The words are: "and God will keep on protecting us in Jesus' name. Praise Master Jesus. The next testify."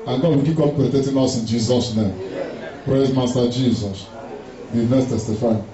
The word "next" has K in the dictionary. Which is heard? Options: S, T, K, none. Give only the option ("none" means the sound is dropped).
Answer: none